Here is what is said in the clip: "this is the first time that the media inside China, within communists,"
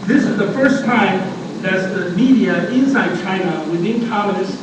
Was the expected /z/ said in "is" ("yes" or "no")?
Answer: yes